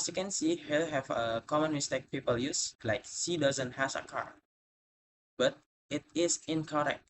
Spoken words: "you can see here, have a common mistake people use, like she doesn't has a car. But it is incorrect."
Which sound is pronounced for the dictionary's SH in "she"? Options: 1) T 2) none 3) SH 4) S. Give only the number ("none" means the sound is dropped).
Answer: 4